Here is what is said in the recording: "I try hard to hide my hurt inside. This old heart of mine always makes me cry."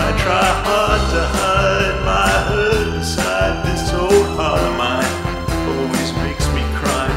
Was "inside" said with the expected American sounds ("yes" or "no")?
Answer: no